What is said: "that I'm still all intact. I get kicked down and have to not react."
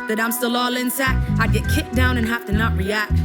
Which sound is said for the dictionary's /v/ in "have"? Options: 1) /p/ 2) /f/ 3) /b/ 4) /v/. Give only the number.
2